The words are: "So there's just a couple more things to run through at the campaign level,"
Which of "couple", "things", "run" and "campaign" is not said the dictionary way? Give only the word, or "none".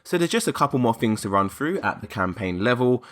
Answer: none